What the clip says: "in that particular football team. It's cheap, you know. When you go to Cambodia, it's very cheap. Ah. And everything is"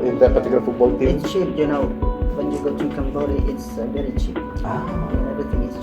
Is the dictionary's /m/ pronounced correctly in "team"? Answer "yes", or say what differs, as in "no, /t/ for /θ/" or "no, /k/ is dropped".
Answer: no, /m/ is dropped